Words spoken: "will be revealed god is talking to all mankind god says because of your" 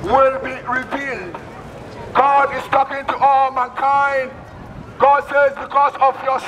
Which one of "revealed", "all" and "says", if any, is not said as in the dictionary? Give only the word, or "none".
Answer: none